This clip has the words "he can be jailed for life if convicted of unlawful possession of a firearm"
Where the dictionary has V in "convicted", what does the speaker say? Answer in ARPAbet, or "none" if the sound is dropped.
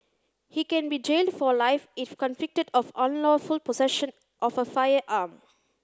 F